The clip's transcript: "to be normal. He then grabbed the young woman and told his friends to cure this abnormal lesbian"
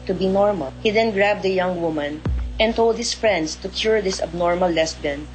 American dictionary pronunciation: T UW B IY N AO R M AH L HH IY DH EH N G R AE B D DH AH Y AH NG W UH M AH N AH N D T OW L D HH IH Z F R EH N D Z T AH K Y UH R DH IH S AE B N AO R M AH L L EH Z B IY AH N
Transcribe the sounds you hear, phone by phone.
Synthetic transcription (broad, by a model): T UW B IY N AO R M AH L HH IY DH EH N G R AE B D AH Y AH NG W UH M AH N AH N T OW L D HH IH S F R EH N D S T AH K Y UH R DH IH S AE B N AO R M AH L L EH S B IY N